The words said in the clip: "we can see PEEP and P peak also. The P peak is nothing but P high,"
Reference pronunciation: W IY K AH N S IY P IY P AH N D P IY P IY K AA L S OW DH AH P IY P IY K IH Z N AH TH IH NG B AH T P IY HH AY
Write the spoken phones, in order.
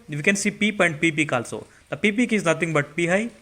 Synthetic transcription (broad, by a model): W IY K AH N S IY P IY P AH N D P IY P IY K AA L S OW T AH P IY P IY K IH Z N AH T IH NG B AH T P IY HH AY